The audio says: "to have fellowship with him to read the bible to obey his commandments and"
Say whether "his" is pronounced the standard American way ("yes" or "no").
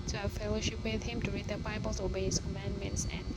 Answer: no